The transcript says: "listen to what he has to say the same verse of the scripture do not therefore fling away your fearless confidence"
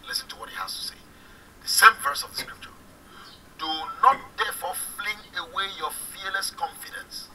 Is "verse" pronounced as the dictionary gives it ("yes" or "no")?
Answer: yes